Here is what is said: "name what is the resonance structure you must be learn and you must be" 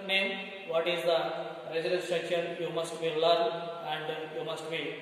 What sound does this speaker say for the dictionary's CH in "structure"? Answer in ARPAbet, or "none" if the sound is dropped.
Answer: SH